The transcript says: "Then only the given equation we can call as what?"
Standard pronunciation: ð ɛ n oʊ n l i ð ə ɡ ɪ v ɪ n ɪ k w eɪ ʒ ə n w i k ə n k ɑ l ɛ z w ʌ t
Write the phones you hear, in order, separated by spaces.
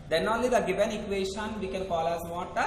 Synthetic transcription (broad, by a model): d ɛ n oʊ n l i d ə ɡ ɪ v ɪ n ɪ k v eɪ ʃ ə n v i k ə n k ɑ l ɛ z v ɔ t